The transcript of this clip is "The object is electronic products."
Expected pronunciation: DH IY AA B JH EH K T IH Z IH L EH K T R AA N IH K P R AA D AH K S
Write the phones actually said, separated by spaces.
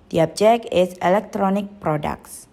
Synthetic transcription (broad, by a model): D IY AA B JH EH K IH S IH L EH K T R AA N IH K P R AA D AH K S